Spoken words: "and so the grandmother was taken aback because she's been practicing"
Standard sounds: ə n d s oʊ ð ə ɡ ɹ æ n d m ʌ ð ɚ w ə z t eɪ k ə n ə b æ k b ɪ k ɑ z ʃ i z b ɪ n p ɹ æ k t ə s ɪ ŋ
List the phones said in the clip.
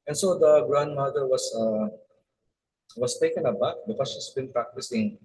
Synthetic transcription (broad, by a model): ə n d s oʊ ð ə ɡ ɹ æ n d m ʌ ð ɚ w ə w t eɪ k ə n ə b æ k b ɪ k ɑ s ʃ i s b ɪ n p ɹ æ k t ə s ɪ ŋ